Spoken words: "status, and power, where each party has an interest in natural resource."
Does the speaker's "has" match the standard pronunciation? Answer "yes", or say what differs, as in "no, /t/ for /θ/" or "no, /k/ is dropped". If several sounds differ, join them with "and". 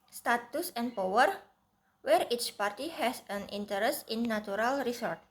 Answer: no, /s/ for /z/